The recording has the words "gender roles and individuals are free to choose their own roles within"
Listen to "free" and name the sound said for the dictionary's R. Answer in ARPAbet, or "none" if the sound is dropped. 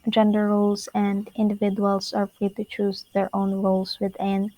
R